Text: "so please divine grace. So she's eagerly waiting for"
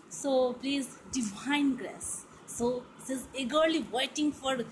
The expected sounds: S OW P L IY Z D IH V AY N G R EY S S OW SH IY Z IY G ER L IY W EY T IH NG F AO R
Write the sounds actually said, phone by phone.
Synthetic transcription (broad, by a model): S OW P L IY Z D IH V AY N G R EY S S OW S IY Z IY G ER L IY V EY T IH NG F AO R